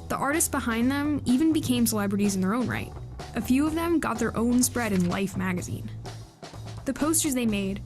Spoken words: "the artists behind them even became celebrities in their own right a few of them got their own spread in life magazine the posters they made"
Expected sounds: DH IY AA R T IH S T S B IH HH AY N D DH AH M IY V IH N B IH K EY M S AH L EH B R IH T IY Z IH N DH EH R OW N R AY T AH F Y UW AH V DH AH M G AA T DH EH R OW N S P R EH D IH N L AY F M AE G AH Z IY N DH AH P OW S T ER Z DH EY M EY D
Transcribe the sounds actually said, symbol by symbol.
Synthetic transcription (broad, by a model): DH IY AA R T IH S T S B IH HH AY N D DH AH M IY V IH N B IH K EY M S AH L EH B R IH T IY Z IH N DH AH R OW N R AY T AH F Y UW AH V DH AH M G AA T DH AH R OW N S P R EH D IH N L AY F M AE G AH Z IY N DH AH P OW S T ER Z DH EY M EY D